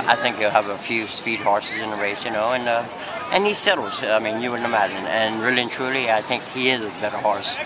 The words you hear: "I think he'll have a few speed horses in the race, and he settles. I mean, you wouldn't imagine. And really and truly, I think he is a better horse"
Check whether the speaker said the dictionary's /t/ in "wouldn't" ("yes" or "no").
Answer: no